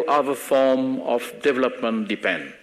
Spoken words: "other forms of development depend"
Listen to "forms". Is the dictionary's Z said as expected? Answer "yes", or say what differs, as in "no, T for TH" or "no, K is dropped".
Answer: no, Z is dropped